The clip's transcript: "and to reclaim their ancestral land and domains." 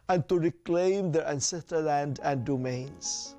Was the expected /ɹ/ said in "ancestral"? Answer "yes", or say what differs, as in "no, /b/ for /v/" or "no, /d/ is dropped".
no, /ɹ/ is dropped